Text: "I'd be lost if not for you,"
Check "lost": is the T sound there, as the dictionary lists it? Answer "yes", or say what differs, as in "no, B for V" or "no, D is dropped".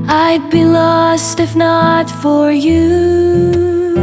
yes